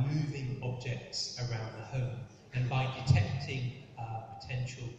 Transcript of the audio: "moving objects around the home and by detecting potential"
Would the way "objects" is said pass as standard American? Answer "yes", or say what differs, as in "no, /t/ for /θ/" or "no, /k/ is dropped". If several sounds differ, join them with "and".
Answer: yes